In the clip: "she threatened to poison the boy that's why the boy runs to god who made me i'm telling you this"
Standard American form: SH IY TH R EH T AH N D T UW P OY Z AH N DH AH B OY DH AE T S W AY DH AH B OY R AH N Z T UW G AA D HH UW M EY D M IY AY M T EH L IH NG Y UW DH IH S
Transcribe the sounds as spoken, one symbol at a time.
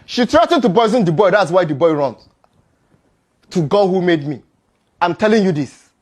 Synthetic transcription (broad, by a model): SH IY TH R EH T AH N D T UW B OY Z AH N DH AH B OY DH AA T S W AY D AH B OY R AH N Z T UW G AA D HH UW M EY D M IY AY M T EH L IH NG Y UW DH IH S